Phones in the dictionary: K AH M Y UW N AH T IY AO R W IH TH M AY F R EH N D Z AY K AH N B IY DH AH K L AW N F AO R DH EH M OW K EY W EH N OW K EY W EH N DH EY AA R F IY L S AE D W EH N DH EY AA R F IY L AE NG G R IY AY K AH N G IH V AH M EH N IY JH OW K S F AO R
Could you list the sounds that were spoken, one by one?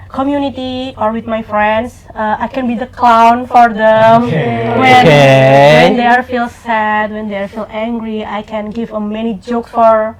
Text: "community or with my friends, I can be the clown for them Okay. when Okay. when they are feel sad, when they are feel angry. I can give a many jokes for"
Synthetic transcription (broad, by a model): K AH M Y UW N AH T IY AO R W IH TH M AY F R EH N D S AY K AH N B IY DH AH K L AW N F AO R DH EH M W EH N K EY W EH N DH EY AA R F IY L S AE D W EH N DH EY AA R F IY L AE NG G R IY AY K AH N G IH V AH M EH N IY JH OW K S F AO R